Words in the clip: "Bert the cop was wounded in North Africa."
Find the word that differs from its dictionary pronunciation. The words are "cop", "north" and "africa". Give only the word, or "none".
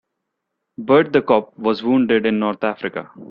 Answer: north